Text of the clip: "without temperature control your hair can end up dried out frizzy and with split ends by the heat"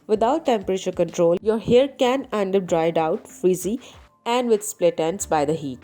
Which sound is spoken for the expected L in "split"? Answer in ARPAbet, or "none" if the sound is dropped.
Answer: L